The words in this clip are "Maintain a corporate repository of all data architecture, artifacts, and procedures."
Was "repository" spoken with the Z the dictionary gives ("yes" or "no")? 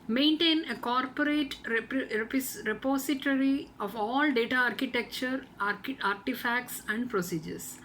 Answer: no